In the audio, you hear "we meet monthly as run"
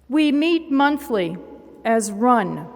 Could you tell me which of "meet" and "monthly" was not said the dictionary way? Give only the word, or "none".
none